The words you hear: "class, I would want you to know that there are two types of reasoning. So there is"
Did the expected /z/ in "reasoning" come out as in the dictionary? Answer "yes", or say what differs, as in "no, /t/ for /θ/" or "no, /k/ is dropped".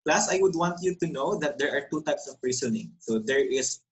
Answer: no, /s/ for /z/